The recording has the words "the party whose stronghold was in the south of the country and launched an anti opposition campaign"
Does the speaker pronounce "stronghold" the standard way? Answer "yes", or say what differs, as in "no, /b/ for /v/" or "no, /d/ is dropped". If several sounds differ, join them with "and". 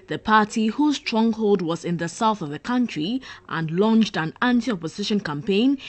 yes